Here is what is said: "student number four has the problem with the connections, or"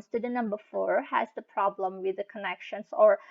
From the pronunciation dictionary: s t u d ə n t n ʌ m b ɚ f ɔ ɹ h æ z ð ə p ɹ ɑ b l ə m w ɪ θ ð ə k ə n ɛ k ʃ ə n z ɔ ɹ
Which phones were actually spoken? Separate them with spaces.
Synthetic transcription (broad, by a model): s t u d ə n n ʌ m b ɚ f ɔ ɹ h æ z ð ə p ɹ ɑ b l ə m w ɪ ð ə k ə n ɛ k ʃ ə n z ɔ ɹ